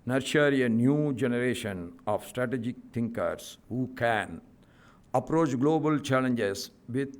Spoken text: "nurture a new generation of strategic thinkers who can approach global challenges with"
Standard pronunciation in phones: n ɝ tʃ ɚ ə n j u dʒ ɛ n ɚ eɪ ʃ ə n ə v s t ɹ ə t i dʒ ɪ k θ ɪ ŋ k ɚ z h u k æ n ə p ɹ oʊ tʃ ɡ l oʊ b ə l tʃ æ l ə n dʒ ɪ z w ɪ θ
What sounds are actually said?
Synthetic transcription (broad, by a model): n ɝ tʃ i ə n j u dʒ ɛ n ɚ eɪ ʃ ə n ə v s t ɹ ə t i dʒ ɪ k t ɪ ŋ k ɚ s h u k æ n ə p ɹ oʊ tʃ ɡ l oʊ b ə l tʃ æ l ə n dʒ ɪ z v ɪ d